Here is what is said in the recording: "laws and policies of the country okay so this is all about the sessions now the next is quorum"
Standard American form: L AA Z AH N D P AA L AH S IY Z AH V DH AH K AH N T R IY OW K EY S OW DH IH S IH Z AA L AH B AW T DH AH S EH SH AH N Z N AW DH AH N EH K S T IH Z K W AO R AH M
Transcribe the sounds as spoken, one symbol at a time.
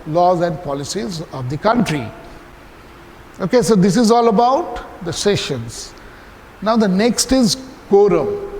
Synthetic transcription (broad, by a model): L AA Z AH N D P AA L AH S IY Z AH V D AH K AH N T R IY OW K EY S OW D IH S IH Z AA L AH B AW T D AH S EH SH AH N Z N AW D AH N EH K S T IH Z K AO R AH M